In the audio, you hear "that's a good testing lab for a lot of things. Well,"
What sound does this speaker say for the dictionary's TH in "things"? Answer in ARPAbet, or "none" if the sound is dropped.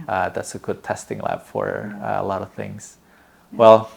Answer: TH